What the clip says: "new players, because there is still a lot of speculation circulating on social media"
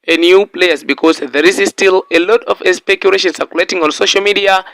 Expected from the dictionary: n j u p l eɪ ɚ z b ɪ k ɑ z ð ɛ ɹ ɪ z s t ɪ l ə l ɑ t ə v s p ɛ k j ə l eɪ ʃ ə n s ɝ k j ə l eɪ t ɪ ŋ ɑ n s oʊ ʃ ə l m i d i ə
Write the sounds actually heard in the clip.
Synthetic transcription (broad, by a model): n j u p l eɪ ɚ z b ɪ k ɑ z ð ɛ ɹ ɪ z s t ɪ l ə l ɑ t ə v s p ɛ k j ə l eɪ ʃ ə n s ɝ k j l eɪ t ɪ ŋ ɑ n s oʊ ʃ ə l m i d i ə